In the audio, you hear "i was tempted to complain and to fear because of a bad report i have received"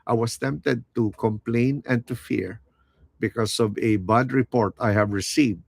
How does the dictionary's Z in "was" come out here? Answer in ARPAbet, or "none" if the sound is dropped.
S